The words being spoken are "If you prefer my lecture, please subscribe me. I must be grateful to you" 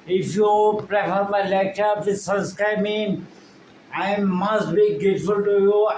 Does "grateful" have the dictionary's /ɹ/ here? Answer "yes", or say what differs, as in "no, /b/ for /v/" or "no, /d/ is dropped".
no, /ɹ/ is dropped